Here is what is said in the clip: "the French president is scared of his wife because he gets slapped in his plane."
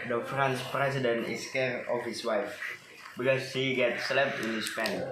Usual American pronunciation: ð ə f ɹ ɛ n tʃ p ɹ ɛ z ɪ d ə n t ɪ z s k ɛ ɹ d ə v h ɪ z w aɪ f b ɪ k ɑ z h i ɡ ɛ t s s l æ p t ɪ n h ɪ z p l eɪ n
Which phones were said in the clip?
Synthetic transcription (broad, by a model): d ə f ɹ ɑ n s p ɹ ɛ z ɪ d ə n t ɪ s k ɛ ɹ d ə f h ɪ s w aɪ f b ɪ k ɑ s h i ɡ ɛ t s s l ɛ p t ɪ n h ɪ s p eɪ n